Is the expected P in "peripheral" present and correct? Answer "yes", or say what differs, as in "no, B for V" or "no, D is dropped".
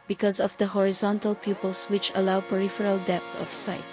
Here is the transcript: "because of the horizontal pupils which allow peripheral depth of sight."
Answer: yes